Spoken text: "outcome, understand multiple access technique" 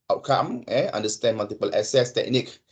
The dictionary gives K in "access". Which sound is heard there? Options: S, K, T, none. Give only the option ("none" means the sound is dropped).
none